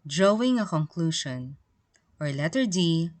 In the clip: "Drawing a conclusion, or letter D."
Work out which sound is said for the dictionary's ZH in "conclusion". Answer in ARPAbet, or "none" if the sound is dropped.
SH